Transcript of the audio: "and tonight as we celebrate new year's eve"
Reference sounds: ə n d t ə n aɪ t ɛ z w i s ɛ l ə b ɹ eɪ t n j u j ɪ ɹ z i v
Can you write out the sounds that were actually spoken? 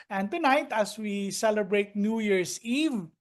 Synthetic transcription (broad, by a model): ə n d t ə n aɪ t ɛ s w i s ɛ l ə b ɹ eɪ t n j u j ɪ ɹ s i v